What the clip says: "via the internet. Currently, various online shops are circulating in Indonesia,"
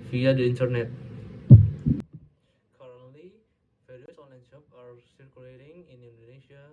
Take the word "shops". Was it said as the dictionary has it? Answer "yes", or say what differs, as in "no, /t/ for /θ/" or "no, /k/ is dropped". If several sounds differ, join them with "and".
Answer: no, /s/ is dropped